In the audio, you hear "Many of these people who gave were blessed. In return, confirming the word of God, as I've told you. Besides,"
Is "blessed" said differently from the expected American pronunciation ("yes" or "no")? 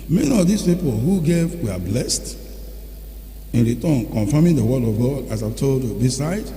no